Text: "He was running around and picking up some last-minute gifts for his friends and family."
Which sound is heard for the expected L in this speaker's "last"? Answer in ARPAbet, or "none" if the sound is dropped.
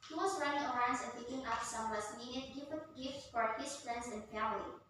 W